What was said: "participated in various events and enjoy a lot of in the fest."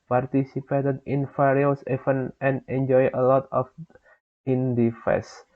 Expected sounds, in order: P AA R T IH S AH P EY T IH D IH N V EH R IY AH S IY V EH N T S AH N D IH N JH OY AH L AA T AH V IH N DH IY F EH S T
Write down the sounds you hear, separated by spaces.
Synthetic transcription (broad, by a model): P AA R T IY S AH P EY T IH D IH N F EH R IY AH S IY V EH N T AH N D IH N JH OY AH L AA T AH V IH N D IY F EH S